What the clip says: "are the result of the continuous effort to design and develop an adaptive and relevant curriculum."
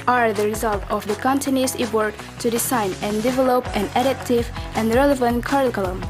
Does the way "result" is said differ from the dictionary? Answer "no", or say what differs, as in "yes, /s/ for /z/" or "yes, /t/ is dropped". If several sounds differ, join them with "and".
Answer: no